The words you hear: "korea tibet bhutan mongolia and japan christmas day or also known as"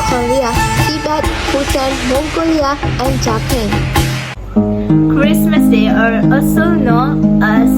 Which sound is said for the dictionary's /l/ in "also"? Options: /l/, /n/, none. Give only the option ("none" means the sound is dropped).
none